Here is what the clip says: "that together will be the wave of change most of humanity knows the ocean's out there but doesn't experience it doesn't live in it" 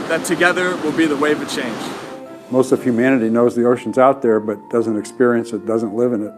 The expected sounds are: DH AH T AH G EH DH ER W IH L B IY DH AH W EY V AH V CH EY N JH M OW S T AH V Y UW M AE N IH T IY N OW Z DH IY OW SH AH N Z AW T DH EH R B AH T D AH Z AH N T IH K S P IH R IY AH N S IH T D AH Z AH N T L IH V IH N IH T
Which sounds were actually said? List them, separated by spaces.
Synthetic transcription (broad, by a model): DH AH T AH G EH DH ER W IH L B IY DH AH W EY AH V CH EY N JH M OW S T AH V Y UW M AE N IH T IY N OW Z DH IY OW SH N Z AW T DH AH R B AH T D AH Z AH N T IH K S P IH R IY AH N S IH T D AH Z AH N T L IH V IH N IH T